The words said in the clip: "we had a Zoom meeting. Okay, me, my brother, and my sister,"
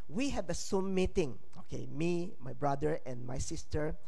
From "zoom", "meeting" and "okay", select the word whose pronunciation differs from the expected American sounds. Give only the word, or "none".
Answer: zoom